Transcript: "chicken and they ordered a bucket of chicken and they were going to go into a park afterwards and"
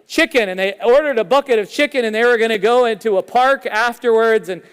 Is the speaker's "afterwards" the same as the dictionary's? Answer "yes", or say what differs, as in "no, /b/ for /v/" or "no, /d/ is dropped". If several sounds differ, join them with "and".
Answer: yes